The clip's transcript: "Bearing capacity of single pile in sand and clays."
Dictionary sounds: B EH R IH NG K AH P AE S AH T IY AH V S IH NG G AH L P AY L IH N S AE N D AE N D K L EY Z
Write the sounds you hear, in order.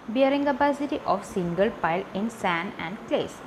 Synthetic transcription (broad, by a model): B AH R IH NG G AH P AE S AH T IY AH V S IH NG G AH L P AY L IH N S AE N AE N D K L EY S